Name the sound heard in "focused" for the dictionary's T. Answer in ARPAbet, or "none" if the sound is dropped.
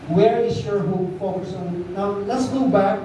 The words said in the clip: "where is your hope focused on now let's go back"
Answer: none